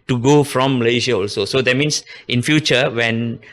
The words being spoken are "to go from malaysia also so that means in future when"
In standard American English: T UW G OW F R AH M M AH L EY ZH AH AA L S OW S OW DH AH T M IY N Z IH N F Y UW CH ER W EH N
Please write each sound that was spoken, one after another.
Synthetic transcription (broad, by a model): T UW G OW F R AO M M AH L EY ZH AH AA L S OW S OW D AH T M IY N S IH N F Y UW CH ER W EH N